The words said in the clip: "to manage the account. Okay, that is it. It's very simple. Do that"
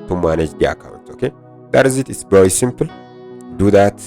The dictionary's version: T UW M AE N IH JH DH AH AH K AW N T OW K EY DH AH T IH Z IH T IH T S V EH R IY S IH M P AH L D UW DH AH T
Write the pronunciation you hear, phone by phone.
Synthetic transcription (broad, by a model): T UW M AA N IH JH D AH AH K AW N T OW K EY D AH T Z IH T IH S B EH W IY S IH M P L D UW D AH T